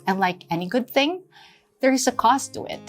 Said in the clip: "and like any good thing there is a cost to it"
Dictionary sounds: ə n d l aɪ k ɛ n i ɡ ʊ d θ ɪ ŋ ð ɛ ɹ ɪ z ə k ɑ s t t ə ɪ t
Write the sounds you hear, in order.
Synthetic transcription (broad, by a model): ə n l aɪ k ɛ n i ɡ ʊ d θ ɪ ŋ ð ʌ ɹ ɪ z ə k ɑ s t t ə ɪ t